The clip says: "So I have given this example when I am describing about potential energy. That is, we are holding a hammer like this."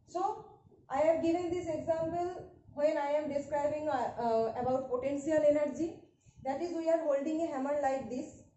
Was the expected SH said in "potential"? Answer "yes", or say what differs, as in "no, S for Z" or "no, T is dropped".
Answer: no, S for SH